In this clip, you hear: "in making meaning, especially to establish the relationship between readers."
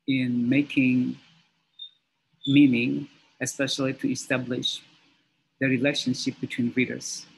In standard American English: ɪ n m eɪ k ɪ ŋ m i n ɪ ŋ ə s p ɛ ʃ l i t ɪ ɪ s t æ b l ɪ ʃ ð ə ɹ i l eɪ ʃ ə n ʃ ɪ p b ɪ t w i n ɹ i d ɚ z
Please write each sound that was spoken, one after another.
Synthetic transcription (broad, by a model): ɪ n m eɪ k ɪ ŋ m i n ɪ ŋ ə s p ɛ ʃ l i t ɪ ɪ s t æ b l ɪ ʃ ð ə ɹ i l eɪ ʃ ə n ʃ ɪ p b ɪ t w i n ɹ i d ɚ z